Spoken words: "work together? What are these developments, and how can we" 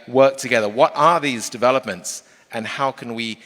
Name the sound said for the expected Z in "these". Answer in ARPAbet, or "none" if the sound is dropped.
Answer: Z